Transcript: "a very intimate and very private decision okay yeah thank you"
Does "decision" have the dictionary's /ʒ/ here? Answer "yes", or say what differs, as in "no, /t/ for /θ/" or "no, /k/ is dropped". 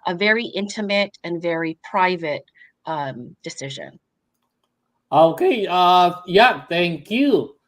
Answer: yes